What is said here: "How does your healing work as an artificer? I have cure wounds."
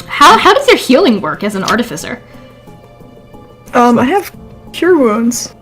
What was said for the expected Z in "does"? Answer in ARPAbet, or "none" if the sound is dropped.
Z